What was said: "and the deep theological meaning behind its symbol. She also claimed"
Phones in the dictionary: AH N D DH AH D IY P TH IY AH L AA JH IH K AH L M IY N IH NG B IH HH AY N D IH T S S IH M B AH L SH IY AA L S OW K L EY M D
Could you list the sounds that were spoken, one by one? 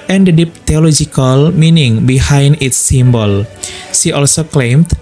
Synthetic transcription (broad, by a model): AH N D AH D IY P T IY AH L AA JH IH K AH L M IY N IH NG B IH HH AY N D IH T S S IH M B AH L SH IY AA L S OW K L EY M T